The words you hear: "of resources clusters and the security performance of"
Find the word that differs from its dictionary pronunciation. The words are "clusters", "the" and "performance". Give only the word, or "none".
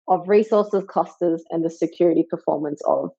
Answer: clusters